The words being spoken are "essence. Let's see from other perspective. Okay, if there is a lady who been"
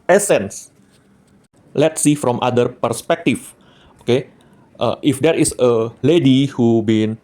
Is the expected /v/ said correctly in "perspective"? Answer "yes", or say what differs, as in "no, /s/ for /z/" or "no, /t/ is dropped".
no, /f/ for /v/